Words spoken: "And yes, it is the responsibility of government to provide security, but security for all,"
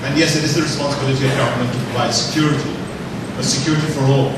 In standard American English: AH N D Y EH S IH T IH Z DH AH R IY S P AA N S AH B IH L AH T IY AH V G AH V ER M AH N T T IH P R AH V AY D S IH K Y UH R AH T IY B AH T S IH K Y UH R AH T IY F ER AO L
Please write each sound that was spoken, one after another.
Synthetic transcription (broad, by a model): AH N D Y EH S IH T IH Z DH AH R IY S P AA N S AH B IH L AH T IY AH V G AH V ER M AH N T T IH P L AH IH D S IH K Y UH R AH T IY B AH T S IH K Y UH R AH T IY F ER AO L